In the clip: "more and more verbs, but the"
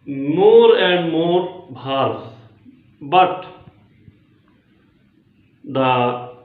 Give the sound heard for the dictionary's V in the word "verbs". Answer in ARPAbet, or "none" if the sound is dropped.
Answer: B